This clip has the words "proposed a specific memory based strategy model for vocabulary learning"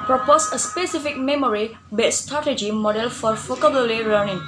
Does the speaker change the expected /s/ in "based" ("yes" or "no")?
yes